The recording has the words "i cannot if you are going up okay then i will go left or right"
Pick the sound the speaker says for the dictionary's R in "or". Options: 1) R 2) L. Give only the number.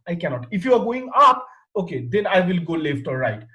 2